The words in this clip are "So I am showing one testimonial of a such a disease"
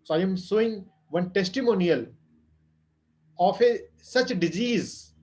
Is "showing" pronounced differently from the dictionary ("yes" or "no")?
yes